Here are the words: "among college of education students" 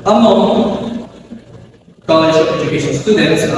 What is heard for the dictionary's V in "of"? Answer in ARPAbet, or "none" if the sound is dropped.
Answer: P